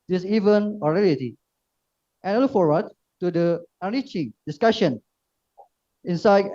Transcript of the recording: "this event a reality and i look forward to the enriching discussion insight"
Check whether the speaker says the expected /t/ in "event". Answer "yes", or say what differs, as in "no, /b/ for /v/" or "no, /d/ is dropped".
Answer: no, /t/ is dropped